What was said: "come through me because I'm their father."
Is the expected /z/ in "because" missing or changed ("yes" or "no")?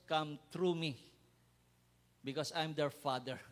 yes